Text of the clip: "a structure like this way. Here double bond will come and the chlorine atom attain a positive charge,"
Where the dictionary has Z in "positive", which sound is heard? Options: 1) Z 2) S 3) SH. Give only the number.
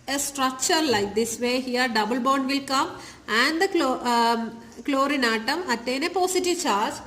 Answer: 2